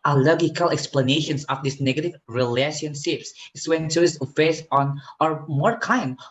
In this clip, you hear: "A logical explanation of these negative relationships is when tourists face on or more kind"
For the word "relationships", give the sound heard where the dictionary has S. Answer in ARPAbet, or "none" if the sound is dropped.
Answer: S